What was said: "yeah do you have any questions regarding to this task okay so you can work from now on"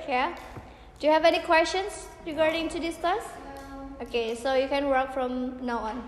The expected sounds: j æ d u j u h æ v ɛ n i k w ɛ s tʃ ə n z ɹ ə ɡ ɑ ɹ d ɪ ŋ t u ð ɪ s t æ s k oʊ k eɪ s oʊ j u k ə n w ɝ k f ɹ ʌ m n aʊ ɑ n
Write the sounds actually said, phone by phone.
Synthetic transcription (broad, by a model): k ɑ d u j u h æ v ɛ n i k w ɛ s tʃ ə n s ɹ ə ɡ ɑ ɹ d ɪ ŋ t u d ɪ s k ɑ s oʊ k eɪ s oʊ j u k ə n w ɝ k f ɹ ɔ m n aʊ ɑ n